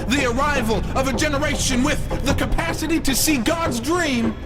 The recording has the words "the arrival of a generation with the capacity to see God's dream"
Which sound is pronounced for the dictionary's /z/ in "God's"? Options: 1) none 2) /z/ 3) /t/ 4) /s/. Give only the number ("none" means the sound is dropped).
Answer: 2